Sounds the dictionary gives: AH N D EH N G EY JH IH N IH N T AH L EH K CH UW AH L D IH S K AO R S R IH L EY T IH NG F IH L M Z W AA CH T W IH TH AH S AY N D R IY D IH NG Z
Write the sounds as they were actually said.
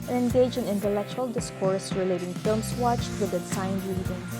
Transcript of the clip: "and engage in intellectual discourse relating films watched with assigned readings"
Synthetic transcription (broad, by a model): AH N EH N G EY JH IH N IH N T AH L EH K CH UW AH L D IH S K AO R S R IH L EY T IH NG F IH L M S W AA CH T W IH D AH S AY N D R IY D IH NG